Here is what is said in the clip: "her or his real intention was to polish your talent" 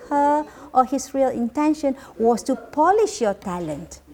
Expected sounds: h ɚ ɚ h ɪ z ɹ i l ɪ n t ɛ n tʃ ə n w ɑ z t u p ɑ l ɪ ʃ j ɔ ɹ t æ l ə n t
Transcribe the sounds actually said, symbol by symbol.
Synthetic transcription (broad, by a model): h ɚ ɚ h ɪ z ɹ i l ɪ n t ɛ n ʃ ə n w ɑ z t u p ɑ l ɪ ʃ j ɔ t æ l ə n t